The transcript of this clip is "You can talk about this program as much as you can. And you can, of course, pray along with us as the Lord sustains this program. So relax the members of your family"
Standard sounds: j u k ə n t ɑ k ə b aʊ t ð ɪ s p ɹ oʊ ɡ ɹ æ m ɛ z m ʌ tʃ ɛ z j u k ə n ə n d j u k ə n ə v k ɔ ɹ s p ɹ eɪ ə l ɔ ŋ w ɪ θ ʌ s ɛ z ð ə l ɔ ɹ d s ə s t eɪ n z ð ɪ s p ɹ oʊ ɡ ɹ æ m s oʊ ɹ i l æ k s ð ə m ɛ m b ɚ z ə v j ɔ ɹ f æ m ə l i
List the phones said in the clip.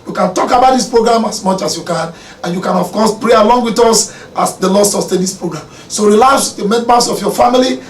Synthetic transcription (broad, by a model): j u k ə n t ɑ k ə b aʊ t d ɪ s p ɹ oʊ ɡ ɹ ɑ m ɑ s m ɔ tʃ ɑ s j u k ə n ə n j u k ə n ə f k ɔ s p ɹ eɪ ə l ɔ ŋ w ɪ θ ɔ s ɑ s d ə l ɔ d s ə s t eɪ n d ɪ s p ɹ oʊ ɡ ɹ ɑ m s oʊ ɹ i l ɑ s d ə m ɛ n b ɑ s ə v j ɔ f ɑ m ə l i